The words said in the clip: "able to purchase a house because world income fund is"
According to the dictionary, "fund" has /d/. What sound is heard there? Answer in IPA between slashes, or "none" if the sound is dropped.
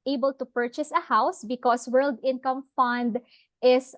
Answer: /d/